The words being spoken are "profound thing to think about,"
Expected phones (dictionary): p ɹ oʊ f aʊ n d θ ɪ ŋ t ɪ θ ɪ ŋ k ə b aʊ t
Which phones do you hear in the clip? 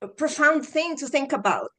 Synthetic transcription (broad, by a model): p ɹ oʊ f aʊ n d θ ɪ ŋ t ɪ θ ɪ ŋ k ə b aʊ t